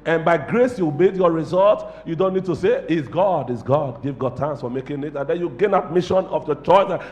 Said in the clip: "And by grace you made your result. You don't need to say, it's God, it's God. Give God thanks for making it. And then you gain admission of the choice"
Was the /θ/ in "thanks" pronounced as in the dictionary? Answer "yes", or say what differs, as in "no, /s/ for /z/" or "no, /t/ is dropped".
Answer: no, /t/ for /θ/